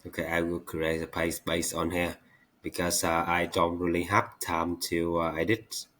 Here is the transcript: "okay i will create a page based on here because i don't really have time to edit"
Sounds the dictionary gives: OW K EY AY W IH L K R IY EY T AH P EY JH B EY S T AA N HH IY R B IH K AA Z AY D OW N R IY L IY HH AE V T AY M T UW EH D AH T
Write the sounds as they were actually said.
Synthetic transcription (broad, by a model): OW K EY AY W IH L K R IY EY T AH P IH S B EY S AA N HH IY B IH K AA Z AY D OW N R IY L IY HH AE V T AY M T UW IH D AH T